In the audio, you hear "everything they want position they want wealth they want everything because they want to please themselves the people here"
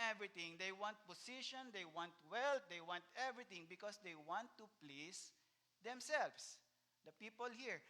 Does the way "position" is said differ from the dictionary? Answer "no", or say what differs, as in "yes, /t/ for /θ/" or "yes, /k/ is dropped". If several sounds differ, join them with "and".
yes, /s/ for /z/